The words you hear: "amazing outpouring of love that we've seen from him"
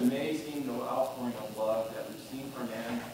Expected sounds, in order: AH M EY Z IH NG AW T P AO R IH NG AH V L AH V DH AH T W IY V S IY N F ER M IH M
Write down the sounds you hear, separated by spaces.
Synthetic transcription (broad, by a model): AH M EY Z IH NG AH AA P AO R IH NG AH B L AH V DH AH T W IY V S IY N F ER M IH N